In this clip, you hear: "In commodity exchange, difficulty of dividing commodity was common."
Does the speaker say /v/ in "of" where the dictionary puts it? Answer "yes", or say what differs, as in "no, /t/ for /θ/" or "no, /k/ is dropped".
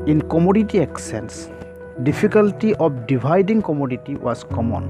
no, /p/ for /v/